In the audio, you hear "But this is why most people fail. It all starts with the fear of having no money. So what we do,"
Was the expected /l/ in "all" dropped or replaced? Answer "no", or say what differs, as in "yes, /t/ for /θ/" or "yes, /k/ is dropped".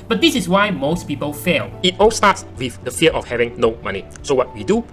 no